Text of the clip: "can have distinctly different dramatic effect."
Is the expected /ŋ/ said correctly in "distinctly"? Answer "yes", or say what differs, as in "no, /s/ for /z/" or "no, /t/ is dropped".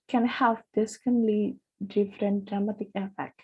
no, /ŋ/ is dropped